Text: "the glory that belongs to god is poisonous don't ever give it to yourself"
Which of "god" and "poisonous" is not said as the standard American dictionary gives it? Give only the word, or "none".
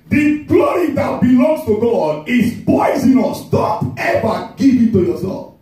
poisonous